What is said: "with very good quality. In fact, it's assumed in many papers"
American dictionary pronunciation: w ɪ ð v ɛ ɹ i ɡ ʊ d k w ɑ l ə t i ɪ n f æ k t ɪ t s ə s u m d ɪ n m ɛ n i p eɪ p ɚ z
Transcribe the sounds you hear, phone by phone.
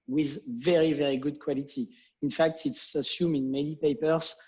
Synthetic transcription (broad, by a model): w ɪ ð v ɛ ɹ i ɡ ʊ d k w ɑ l ə t i ɪ n f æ k t ɪ t s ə s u m ɪ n m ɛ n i p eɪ p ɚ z